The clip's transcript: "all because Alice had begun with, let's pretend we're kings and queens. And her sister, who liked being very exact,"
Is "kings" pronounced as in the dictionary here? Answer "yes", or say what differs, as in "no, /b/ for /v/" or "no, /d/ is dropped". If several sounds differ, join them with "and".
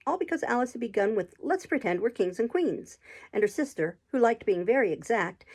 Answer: yes